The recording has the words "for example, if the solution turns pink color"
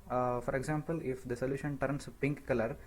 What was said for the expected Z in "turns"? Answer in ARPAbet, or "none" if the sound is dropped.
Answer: S